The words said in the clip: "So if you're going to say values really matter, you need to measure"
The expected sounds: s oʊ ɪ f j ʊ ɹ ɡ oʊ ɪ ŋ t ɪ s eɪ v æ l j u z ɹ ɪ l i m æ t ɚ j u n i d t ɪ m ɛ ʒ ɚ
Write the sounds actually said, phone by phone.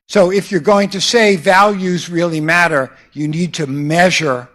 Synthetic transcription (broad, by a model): s oʊ ɪ f j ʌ ɹ ɡ oʊ ɪ ŋ t ɪ s eɪ v æ l j u z ɹ ɪ l i m æ t ɚ j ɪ n i d t ɪ m ɛ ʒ ɚ